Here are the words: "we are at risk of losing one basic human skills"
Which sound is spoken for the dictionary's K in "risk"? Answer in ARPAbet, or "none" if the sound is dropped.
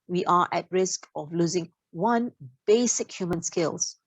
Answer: K